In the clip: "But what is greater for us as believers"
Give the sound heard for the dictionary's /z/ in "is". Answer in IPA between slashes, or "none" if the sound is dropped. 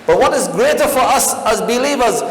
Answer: /z/